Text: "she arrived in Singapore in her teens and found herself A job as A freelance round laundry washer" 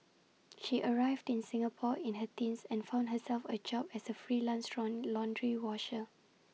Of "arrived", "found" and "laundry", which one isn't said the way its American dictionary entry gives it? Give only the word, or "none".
none